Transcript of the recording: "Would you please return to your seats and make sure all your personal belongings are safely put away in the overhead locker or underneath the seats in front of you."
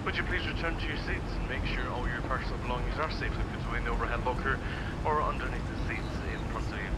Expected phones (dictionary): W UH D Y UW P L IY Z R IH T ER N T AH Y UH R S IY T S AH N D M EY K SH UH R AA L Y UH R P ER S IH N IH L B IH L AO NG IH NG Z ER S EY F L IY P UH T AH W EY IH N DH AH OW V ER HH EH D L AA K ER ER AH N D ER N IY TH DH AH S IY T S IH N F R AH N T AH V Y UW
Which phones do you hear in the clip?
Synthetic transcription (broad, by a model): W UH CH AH P L IY Z R IH T ER N T AH Y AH R S IY T S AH N M EY K SH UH R AA L Y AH R P ER S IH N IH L B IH L AO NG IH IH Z ER S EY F W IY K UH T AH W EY IH N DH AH OW V ER HH EH D L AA K ER ER AH N D ER N IY TH DH AH S IY T S IH N P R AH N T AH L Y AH